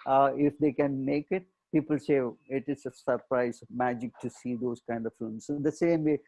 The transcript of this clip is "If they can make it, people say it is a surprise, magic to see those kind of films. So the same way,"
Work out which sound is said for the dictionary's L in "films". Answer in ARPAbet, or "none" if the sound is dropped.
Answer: none